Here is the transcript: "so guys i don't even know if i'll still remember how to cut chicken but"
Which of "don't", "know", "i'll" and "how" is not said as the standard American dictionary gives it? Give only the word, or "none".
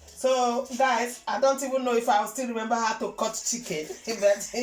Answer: i'll